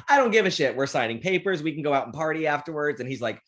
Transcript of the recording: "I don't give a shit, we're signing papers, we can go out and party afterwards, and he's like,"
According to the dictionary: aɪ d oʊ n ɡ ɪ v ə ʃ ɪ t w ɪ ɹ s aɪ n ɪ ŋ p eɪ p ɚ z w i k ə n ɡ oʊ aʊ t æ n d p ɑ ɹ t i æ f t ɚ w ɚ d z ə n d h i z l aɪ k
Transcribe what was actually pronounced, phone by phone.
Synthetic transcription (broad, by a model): aɪ d oʊ n ɡ ɪ v ə ʃ ɪ t w ɪ ɹ s aɪ n ɪ ŋ p eɪ p ɚ z w i k n ɡ oʊ aʊ t n p ɑ ɹ t i æ f t ɚ w ɚ d z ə n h i z l aɪ k